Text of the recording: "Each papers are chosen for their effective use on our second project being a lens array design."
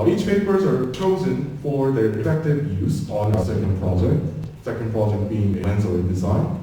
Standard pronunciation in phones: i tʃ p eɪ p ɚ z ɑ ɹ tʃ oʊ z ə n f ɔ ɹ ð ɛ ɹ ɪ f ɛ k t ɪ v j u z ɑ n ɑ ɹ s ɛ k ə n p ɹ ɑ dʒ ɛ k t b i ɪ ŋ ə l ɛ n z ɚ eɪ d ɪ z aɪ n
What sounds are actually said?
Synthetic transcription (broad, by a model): i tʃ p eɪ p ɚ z ɑ ɹ tʃ oʊ z ə n f ɔ ɹ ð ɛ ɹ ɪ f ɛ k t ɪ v j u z ɑ n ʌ s ɛ k ə n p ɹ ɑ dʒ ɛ k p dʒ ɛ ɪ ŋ ə n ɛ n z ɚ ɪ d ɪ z aɪ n